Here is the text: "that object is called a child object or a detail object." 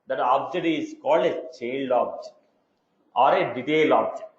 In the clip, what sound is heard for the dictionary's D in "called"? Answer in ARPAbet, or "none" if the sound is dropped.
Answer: D